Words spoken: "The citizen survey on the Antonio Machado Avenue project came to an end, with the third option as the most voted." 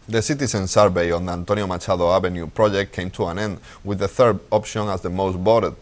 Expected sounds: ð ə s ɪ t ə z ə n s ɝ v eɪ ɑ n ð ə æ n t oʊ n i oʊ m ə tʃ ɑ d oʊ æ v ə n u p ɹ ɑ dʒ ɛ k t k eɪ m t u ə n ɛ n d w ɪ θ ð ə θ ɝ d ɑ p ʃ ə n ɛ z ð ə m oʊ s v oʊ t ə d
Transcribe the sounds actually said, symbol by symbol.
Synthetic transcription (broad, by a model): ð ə s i t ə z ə n s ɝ b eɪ ɑ n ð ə n t oʊ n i oʊ m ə tʃ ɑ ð oʊ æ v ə n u p ɹ ɑ dʒ ɛ k t k eɪ m t u ə n ɛ n d w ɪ ð ə θ ɝ d ɑ p ʃ ə n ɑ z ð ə m oʊ s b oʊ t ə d